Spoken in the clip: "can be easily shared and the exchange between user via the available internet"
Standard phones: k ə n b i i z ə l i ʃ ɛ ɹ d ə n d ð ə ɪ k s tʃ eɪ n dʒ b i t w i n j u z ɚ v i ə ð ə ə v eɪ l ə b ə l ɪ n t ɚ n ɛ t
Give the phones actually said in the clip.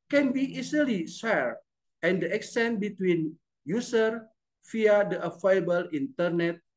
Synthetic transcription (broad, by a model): k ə n b i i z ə l i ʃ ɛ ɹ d ə n d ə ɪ k s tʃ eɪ n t b i t w i n j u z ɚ f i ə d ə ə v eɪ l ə b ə l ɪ n t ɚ n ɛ t